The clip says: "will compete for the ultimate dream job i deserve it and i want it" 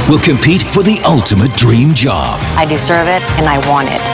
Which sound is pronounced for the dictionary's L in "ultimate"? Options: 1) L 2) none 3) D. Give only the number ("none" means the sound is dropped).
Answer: 1